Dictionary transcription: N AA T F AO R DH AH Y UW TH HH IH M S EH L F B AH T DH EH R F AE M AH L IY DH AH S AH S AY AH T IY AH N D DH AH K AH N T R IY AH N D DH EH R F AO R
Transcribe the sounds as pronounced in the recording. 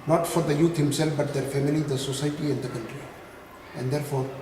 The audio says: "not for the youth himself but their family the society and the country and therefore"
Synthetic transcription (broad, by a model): N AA T F AO R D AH Y UW T HH IH M S EH L F B AH T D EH R F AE M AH L IY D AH S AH S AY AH T IY AH N D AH K AH N T R IY AH N D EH R F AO R